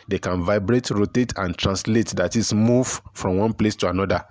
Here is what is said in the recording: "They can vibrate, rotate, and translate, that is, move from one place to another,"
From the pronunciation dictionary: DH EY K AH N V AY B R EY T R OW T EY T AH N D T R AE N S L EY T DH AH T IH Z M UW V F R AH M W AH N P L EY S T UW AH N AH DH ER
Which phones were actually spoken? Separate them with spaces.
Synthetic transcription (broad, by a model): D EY K AH N V AY B R EY T R OW T EY T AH N T R AE N S L EY T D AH T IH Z M UW V F R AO M W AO N P L EY S T UW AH N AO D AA